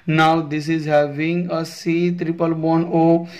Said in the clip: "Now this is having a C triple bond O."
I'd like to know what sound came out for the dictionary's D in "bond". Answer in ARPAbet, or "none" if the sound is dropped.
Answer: none